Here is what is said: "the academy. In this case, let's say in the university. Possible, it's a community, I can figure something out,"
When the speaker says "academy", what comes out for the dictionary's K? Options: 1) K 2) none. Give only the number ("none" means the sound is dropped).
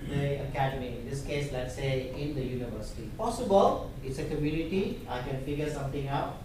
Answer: 1